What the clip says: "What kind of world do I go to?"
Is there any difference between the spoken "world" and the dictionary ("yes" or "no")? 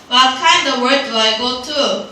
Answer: yes